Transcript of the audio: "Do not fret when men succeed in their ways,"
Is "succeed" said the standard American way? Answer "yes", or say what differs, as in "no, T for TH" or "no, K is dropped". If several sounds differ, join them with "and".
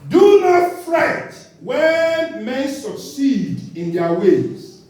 yes